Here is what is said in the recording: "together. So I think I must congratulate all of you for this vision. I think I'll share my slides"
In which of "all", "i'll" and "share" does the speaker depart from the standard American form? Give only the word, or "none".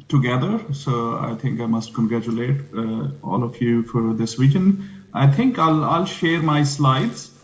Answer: none